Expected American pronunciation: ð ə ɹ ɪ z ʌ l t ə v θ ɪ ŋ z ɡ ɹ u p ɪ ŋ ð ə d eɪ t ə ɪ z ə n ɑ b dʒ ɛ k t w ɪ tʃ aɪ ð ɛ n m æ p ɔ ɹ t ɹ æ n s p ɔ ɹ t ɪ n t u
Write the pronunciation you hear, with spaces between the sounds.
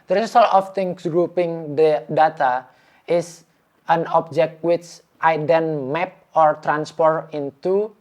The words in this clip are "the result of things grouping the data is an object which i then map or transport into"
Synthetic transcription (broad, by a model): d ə ɹ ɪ s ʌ l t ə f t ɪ ŋ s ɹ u p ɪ ŋ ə d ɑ t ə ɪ s ə n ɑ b dʒ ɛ k t w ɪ tʃ aɪ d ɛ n m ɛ p ɔ ɹ t ɹ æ n s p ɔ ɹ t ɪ n t u